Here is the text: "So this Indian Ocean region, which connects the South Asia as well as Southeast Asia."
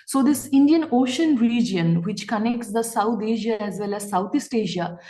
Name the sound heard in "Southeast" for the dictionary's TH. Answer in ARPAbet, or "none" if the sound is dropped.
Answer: T